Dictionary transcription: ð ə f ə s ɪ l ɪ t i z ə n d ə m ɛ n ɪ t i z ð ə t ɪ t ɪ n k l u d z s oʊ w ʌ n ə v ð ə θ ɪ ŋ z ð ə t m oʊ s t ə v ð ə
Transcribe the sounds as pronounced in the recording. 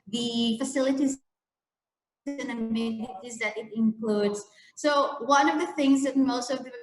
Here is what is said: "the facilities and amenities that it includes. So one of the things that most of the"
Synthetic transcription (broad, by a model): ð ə f ə s ɪ l ɪ t i z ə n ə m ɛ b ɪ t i z ð ə t ɪ t ɪ n k l u d z s oʊ w ʌ n ə v ð ə θ ɪ ŋ z ð ə t m oʊ s t ə v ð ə